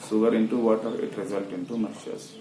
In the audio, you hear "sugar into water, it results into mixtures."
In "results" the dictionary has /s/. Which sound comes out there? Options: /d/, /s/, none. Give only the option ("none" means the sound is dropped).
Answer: none